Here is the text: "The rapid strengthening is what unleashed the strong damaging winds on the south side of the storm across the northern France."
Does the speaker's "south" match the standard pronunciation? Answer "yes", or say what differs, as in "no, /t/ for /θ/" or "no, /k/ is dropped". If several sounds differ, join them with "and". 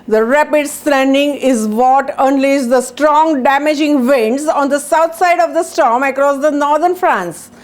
no, /t/ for /θ/